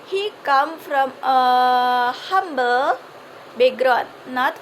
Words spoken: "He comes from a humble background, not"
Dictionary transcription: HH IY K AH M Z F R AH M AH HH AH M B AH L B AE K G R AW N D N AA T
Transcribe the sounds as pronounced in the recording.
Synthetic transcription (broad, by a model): HH IY K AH M F R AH M AH HH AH M B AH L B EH G R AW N N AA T